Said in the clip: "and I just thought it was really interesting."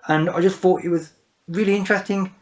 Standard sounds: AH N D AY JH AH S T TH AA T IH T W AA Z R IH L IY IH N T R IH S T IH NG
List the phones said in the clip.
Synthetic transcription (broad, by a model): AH N AY JH AH S T TH AA T IH T W AA Z R IH L IY IH N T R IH S T IH NG